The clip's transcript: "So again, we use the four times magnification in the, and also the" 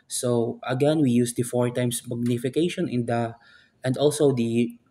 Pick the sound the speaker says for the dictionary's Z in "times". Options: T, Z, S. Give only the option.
S